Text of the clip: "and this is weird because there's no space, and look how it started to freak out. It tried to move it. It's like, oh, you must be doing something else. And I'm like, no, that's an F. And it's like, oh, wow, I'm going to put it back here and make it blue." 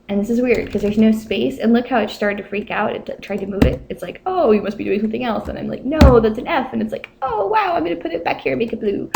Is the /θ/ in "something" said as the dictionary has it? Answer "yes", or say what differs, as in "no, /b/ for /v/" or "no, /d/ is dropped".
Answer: yes